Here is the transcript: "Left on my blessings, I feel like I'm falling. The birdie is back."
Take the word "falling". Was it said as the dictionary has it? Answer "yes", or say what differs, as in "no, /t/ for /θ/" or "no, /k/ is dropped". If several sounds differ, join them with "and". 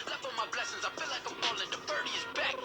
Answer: no, /p/ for /f/